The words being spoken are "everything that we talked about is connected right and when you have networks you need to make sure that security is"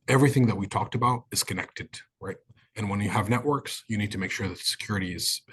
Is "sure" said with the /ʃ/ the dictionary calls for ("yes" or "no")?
yes